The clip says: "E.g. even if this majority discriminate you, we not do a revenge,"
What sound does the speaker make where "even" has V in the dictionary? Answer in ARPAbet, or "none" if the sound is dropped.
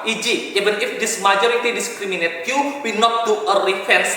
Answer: B